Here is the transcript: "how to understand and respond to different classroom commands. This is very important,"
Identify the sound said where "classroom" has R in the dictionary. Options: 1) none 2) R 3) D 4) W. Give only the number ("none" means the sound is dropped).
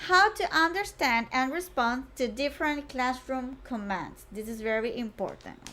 2